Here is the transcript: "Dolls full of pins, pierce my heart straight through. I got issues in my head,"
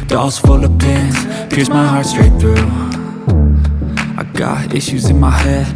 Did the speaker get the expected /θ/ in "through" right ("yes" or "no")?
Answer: yes